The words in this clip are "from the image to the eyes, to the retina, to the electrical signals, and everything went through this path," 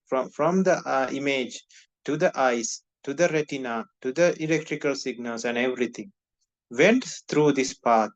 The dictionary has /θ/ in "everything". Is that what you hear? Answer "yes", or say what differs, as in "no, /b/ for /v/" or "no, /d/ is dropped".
no, /t/ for /θ/